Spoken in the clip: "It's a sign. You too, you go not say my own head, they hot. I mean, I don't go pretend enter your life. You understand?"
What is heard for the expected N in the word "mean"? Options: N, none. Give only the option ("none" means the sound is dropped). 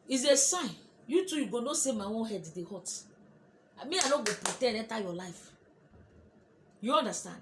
none